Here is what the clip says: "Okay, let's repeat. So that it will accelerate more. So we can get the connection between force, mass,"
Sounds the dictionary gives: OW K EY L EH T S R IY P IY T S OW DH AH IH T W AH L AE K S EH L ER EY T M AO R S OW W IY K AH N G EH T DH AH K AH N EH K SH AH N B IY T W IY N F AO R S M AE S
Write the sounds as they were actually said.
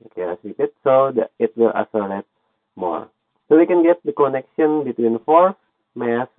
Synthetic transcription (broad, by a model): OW K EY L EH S L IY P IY T S OW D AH IH T W AH L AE S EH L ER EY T M AO R S OW W IY K AH N G EH T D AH K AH N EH K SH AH N B IY T W IY N F AO R S M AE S